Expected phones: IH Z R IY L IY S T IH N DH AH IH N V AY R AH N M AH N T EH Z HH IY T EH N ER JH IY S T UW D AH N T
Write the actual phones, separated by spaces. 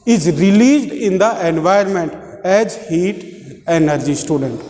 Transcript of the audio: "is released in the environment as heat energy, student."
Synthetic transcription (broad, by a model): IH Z R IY L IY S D IH N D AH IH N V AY AH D M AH N T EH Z HH IY T EH N ER JH IY S T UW D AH N T